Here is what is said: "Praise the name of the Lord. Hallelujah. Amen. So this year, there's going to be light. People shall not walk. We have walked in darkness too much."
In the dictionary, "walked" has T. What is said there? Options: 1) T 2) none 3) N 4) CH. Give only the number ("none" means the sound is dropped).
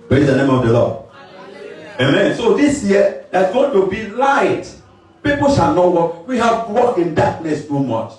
2